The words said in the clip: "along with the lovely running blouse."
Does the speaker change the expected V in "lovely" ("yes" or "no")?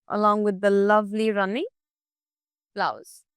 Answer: no